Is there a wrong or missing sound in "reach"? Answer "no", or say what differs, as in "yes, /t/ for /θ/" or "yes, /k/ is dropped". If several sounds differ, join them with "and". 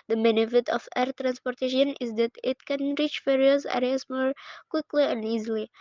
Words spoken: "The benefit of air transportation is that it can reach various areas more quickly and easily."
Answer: no